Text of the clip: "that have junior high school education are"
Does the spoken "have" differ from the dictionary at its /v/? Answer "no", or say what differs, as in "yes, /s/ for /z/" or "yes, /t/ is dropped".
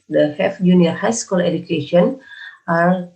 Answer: yes, /f/ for /v/